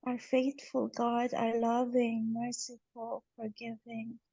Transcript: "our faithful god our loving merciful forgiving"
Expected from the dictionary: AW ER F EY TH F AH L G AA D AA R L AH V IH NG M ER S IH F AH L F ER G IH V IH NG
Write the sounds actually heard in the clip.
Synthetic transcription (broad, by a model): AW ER F EY TH F AH L G AA D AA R L AH V IH NG M ER S IH F AH L F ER G IH V IH NG